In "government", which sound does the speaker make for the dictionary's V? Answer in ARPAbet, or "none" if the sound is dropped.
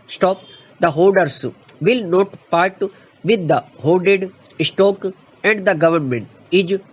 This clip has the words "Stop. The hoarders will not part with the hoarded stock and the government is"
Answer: V